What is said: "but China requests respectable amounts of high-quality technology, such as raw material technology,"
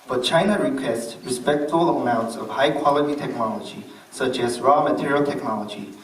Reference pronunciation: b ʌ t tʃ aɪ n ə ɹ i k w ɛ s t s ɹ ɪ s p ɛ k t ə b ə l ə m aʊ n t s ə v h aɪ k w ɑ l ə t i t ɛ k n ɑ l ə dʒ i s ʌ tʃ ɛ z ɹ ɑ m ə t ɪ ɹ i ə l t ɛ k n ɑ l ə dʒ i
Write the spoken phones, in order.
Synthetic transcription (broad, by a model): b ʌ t tʃ aɪ n ə ɹ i k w ɛ s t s ɹ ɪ s p ɛ k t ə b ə l ə m aʊ n t s ə v h aɪ k w ɑ l ə t i t ɛ k n ɑ l ə dʒ i s ʌ tʃ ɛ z ɹ ɑ m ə t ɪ ɹ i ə l t ɛ k n ɑ l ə dʒ i